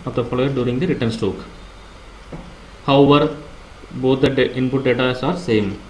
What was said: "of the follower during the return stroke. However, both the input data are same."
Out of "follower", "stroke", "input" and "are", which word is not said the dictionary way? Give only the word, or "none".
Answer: stroke